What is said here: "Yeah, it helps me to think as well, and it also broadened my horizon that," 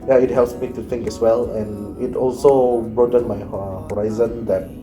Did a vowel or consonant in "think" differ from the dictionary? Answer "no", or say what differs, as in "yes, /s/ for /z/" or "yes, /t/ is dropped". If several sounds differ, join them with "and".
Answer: yes, /t/ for /θ/